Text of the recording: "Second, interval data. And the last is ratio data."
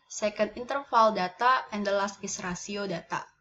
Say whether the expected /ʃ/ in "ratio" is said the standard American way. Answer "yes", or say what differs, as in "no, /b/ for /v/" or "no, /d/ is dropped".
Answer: no, /s/ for /ʃ/